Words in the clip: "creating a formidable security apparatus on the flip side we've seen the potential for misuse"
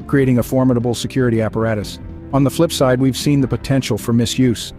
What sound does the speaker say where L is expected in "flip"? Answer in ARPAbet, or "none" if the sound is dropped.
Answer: L